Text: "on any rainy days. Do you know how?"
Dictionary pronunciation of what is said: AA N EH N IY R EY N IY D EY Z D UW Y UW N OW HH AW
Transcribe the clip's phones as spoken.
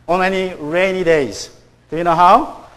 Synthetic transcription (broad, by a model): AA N EH N IY R EY N IY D EY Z D UW Y UW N OW HH AW